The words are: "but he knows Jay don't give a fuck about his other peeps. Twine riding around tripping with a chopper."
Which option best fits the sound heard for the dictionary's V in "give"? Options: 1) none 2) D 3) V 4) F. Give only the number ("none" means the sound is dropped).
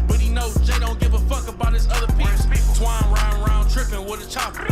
3